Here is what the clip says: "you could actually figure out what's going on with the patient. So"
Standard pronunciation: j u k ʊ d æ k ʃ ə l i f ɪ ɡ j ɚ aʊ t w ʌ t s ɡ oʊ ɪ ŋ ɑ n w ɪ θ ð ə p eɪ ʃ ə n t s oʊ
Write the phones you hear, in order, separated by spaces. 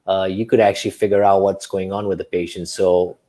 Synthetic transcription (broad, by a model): j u k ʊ d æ k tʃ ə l i f ɪ ɡ j ɚ aʊ t w ʌ t s ɡ oʊ ɪ ŋ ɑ n w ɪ ð ə p eɪ ʃ ə n t s oʊ